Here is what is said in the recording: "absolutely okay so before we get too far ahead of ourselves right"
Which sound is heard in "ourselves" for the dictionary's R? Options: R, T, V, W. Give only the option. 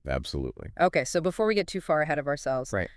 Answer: R